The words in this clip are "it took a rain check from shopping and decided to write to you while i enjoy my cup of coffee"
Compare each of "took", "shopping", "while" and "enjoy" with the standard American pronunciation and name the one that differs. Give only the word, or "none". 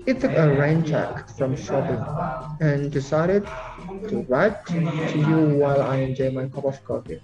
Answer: shopping